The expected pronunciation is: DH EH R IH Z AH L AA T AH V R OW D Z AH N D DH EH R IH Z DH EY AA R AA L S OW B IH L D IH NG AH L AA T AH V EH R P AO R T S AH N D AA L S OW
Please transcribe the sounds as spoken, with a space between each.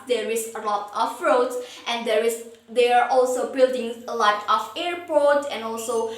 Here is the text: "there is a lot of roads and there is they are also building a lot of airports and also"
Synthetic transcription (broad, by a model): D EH R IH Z AH L AA T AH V R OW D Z AH N D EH R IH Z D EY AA R AA L S OW B IH L D IH NG L AA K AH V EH R P AO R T AH N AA L S OW